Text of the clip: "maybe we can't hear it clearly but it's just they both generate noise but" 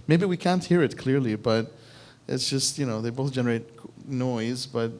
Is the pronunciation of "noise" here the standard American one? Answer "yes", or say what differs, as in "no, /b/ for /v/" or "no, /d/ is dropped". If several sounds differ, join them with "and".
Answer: yes